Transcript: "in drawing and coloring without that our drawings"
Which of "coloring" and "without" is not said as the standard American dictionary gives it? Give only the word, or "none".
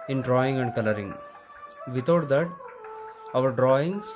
without